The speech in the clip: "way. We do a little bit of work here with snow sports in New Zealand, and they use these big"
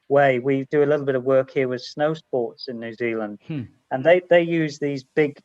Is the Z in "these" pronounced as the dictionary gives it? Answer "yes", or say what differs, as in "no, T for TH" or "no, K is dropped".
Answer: yes